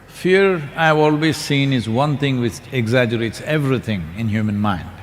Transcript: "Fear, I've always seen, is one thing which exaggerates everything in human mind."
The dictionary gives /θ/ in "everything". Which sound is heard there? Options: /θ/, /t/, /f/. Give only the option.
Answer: /t/